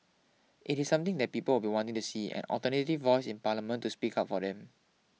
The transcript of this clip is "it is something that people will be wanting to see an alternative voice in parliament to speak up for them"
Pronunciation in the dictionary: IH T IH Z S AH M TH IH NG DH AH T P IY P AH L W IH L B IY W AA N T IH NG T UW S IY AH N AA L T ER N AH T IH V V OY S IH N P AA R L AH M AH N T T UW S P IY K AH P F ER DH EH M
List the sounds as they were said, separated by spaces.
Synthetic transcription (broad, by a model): IH T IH S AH M T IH NG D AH T P IY P AH L W IH L B IY W AA N T IH NG T UW S IY AH N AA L T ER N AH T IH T V OY S IH N P AA L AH M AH N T T UW S P IY K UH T F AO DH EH M